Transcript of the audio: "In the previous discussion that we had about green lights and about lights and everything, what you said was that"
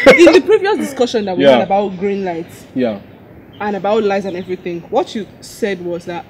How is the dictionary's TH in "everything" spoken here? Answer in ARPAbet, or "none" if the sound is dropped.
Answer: TH